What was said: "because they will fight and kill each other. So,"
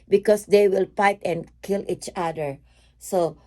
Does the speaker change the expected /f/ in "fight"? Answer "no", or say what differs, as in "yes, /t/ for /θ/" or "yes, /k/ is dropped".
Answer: yes, /p/ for /f/